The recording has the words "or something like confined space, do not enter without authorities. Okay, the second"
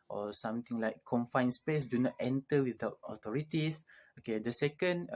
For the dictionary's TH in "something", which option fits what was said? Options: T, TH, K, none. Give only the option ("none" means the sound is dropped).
T